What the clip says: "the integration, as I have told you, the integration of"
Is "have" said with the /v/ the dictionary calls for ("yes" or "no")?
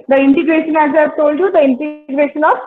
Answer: no